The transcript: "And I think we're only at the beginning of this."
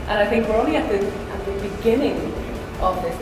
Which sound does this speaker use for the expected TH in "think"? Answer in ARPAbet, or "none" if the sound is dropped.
TH